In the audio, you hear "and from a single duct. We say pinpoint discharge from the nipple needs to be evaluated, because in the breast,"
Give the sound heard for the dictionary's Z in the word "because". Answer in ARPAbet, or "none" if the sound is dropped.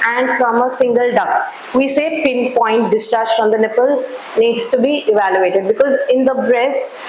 Z